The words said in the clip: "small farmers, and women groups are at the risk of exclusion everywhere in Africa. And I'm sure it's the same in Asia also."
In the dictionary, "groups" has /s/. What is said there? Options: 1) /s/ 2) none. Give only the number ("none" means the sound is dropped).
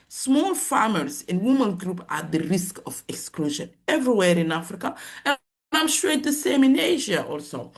2